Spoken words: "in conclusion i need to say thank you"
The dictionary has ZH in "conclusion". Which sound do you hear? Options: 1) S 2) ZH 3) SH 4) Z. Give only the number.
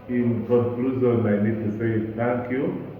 4